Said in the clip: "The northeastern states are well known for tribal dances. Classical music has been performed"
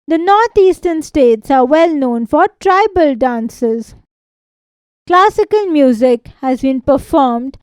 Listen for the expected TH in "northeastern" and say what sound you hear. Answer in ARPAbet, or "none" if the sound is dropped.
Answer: T